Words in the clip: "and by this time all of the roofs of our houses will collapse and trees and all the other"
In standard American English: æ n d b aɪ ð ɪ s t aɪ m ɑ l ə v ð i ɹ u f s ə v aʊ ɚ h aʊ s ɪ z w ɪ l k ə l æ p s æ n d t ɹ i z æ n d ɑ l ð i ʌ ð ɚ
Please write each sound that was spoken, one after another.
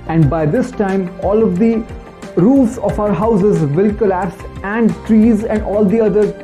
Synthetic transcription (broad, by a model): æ n d b aɪ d ɪ s t aɪ m ɑ l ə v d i ɹ u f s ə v aʊ ɚ h aʊ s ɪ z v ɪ l k ə l æ p s æ n d t ɹ i z æ n d ɑ l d i ʌ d ɚ